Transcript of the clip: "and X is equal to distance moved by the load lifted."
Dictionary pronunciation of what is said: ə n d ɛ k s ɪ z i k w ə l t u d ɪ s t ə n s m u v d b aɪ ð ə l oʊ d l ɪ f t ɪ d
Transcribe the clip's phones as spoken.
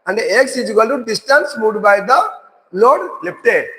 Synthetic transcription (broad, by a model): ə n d ɛ k s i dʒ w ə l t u d ɪ s t ə n s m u d b aɪ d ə l oʊ d l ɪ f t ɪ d